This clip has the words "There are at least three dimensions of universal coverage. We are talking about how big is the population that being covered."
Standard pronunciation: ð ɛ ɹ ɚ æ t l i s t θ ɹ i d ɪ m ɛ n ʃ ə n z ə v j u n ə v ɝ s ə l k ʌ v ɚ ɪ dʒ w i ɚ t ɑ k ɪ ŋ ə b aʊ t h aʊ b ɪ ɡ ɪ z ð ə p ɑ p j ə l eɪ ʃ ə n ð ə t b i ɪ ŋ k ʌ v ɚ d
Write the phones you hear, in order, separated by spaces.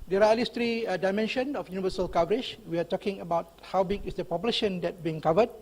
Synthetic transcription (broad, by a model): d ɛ ɹ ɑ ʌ l i s t ɹ i d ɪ m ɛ n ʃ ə n ə f j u n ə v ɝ s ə l k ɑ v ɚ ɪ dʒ w i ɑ t ɑ k ɪ ŋ ə b aʊ t h aʊ b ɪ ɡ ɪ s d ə p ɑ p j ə l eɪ ʃ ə n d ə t b i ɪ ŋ k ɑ v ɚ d